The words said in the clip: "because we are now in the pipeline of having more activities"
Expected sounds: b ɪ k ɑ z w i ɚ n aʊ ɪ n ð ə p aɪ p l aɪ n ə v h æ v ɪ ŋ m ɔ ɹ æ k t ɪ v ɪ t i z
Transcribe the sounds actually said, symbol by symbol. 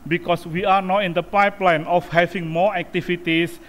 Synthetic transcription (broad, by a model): b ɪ k ɑ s w i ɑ n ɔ ɪ n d ə p aɪ p l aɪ n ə f h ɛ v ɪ ŋ m ɔ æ k t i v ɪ t i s